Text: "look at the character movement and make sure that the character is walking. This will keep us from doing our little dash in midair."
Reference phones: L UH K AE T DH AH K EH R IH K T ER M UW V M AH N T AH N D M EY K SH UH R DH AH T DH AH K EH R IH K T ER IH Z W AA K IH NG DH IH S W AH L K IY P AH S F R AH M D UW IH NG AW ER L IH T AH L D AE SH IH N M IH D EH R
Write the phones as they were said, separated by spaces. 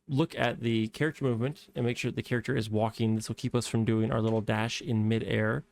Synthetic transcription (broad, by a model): L UH K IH T DH AH K EH R IH K T ER M UW V M AH N T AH N M EY K SH UH R DH AH T DH AH K EH R IH K T ER IH Z W AA K IH NG DH IH S W L K IY P AH S F R AH M D UW IH NG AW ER L IH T L D AE SH IH N M IH D EH R